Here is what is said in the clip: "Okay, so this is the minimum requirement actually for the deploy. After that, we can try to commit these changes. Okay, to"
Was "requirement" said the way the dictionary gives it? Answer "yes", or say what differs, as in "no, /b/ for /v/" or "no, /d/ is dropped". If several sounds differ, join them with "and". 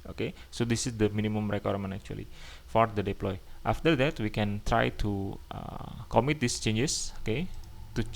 no, /t/ is dropped